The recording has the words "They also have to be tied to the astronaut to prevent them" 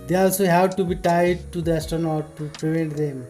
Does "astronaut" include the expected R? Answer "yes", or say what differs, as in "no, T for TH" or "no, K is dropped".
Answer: no, R is dropped